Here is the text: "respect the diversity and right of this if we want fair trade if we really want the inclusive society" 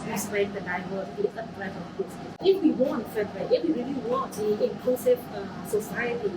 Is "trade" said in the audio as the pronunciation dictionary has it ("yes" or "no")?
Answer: no